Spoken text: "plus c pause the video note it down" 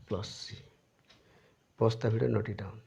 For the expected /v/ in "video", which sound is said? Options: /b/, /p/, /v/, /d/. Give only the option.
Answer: /b/